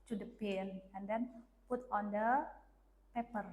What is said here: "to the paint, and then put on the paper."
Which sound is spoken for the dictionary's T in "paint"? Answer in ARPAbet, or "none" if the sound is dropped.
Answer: none